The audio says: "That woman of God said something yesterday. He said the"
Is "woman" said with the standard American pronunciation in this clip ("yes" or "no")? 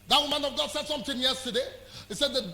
yes